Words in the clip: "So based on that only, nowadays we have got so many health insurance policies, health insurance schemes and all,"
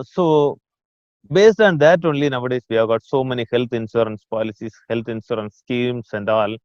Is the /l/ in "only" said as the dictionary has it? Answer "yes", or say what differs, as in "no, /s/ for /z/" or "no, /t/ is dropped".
yes